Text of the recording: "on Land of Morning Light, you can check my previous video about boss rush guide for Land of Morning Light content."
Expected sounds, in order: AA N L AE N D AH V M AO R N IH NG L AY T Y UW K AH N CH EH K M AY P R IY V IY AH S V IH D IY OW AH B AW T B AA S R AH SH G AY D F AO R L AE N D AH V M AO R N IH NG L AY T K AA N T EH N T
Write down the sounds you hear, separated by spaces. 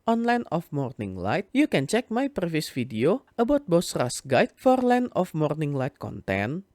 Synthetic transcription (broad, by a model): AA N L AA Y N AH F M AO R N IH NG L AY T Y UW K AH N CH EH K M AY P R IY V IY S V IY D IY OW AH B AW T B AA S R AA S G AY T F AO R L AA N AH F M AO R N IH NG L AY T K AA N T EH N